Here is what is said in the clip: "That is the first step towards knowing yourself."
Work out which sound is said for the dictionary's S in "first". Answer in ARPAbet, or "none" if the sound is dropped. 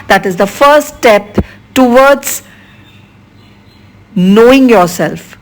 none